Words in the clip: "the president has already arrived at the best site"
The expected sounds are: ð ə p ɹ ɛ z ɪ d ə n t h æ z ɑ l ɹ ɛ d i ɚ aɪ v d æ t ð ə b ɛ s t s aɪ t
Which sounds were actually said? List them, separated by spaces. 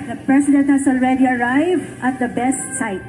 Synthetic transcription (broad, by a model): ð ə p ɹ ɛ s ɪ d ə n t h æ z ɑ l ɹ ɛ d i ɚ aɪ v d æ t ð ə b ɛ s t s aɪ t